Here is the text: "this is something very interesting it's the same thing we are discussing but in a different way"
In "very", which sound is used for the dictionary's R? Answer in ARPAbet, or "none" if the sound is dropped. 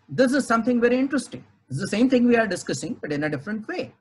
R